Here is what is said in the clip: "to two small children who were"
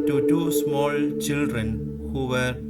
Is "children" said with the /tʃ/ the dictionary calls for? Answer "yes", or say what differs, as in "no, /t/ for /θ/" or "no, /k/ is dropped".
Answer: yes